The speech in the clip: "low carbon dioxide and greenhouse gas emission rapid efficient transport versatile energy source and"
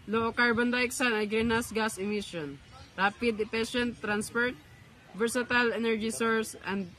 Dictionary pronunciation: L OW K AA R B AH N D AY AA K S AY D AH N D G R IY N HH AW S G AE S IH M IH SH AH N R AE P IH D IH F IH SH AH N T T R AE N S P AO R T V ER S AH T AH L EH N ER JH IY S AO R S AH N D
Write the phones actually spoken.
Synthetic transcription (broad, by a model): L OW K AA R B AH N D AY K S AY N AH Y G R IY N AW S G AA S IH M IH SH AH N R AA P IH D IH P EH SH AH N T T R AE N S P AO R T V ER S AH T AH L EH N ER JH IY S AO R S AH N D